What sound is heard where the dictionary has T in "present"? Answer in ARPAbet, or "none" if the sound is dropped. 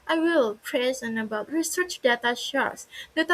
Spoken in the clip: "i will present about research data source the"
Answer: none